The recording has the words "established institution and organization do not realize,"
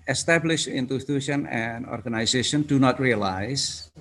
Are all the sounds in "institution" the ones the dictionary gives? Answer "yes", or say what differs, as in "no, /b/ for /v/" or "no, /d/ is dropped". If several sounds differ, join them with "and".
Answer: no, /s/ is dropped